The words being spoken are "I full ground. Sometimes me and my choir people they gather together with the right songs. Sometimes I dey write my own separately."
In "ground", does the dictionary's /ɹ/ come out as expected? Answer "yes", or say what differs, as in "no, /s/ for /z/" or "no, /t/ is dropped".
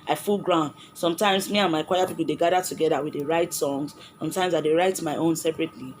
yes